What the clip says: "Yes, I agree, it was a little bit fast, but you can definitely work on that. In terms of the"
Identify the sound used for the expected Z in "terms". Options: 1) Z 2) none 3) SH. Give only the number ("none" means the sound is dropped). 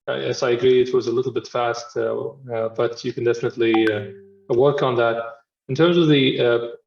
1